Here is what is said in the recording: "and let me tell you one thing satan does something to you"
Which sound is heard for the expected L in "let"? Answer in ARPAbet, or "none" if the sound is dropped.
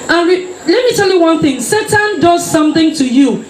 L